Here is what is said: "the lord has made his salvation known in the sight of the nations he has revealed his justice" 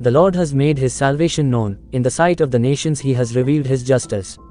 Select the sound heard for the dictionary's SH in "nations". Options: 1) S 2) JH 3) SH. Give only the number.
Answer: 3